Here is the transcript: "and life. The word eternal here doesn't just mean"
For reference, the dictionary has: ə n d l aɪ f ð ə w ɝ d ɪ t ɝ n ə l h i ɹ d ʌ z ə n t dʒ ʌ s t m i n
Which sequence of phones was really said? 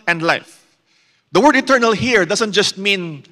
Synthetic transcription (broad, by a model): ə n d l aɪ f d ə w ɝ d ɪ t ɝ n ə l h i ɹ d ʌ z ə n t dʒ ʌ s t m i n